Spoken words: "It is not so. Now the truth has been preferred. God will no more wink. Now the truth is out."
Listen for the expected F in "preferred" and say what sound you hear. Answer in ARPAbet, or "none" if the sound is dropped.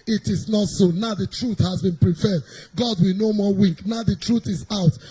P